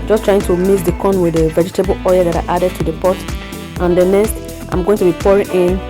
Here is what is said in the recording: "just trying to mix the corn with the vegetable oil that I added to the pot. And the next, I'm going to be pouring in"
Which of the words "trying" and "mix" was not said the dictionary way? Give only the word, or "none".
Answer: mix